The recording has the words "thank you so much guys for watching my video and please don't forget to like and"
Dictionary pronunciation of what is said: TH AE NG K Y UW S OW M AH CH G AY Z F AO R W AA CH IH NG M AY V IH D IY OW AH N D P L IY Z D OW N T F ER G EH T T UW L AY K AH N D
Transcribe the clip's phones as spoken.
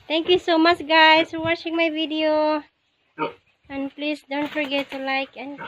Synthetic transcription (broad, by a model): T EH NG K Y UW S OW M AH CH G AY S F AO R W AA CH IH NG M AY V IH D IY OW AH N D P L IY S D OW N T F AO G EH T T UW L AY K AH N